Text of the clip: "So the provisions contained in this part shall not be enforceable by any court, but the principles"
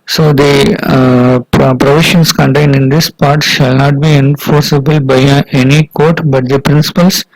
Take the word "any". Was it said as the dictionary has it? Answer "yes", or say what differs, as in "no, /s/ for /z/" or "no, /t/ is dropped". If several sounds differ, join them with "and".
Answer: yes